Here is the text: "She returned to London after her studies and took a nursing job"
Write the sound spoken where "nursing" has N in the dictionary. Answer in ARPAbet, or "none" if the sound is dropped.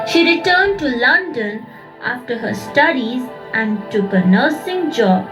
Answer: N